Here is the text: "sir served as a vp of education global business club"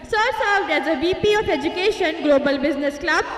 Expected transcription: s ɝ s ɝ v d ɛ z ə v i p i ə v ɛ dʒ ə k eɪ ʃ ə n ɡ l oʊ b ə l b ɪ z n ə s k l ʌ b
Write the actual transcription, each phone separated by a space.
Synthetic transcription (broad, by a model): s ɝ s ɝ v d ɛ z ə b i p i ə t ɛ dʒ ə k eɪ ʃ ə n ɡ l oʊ b ə l b ɪ z n ə s k l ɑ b